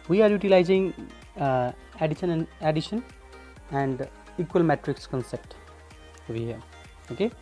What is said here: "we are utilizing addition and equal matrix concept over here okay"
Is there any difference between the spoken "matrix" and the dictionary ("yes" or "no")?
no